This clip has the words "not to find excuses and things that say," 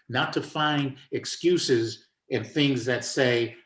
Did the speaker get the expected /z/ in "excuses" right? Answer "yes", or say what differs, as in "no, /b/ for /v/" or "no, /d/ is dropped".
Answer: yes